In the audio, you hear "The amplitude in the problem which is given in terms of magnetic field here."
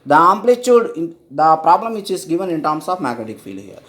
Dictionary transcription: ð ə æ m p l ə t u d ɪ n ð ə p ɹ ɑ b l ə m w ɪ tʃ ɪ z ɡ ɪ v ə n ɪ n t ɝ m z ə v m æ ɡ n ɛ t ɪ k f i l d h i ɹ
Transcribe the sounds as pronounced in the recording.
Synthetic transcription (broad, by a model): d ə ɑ m p l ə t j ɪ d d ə p ɹ ɑ b l ə m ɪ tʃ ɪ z ɡ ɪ v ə n ɪ n t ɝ m s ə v m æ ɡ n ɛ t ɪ k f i l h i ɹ